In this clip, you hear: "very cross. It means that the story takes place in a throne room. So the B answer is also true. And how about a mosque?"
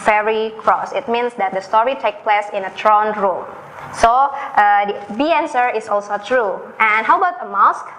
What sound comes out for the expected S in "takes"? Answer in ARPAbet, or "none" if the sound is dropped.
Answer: none